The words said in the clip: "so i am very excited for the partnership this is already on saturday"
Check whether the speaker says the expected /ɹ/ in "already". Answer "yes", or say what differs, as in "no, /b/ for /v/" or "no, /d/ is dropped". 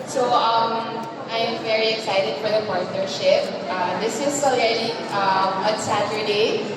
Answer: no, /ɹ/ is dropped